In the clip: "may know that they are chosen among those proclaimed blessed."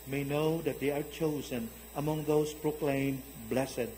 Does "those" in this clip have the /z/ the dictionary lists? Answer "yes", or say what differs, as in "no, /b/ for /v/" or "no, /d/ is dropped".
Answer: no, /s/ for /z/